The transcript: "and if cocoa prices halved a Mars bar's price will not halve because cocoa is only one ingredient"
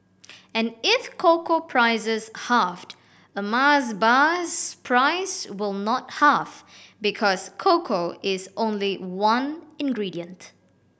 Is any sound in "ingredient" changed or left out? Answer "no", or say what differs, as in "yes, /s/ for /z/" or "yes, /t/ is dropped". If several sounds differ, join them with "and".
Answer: no